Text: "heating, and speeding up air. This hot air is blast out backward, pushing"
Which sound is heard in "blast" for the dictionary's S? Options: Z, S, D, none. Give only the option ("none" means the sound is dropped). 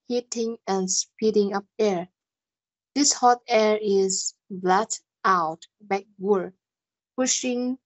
none